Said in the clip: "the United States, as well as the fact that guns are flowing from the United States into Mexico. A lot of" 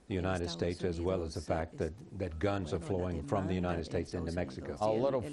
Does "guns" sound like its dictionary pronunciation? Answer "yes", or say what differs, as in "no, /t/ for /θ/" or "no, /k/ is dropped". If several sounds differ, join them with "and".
yes